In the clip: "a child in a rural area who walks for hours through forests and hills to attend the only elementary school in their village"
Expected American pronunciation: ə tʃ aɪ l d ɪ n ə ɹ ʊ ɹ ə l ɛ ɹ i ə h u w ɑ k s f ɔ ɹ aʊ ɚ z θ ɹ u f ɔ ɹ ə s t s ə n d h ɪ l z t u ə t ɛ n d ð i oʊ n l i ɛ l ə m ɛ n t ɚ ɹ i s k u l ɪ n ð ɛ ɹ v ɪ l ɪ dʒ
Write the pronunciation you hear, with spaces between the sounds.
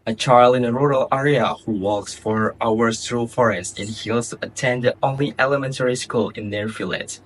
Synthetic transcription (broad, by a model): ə tʃ aɪ l d ɪ n ə ɹ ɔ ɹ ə l ɛ ɹ i ə h u w ɑ k s f ɔ ɹ aʊ ɚ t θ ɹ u f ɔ ɹ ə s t ə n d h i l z t u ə t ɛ n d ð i oʊ n l i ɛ l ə m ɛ n t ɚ ɹ i s k u l ɪ n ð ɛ ɹ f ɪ l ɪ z